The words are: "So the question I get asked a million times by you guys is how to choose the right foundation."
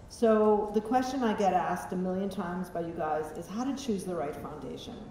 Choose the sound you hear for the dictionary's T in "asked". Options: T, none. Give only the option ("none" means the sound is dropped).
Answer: T